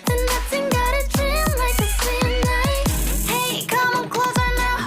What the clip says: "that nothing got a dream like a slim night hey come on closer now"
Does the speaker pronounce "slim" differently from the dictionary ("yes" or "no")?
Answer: yes